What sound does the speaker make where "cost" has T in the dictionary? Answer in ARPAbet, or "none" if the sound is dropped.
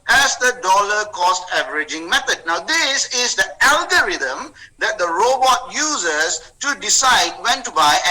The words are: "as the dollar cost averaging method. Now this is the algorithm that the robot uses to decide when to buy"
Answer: T